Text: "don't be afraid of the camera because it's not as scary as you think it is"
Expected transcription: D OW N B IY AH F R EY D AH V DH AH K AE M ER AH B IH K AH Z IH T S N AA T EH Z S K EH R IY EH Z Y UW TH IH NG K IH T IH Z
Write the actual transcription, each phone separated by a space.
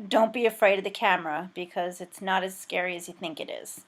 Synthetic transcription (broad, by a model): D OW N B IY AH F R EY D AH V DH AH K AE M ER AH B IH K AH Z IH T S N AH T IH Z S K EH R IY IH Z Y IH TH IH NG K IH T IH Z